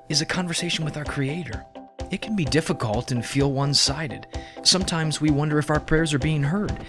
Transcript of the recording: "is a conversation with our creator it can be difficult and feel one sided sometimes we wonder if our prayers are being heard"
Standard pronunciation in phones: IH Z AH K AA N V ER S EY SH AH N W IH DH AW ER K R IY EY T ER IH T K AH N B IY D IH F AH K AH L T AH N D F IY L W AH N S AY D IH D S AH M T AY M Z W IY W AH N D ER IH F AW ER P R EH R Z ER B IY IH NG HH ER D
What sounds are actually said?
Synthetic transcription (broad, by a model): IH Z AH K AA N V ER S EY SH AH N W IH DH AW ER K R IY EY T ER IH T K N B IY D IH F AH K AH L T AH N F IY L W AH N S AY D IH D S AH M T AY M Z W IY W AH N D ER IH F AW ER P R EH R Z ER B IY IH NG HH ER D